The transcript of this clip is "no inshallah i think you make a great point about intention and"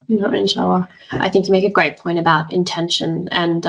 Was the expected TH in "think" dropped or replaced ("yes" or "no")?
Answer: no